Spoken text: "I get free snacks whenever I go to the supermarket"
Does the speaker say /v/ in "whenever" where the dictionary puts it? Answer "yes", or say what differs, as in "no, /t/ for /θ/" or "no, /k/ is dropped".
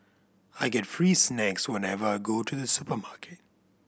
yes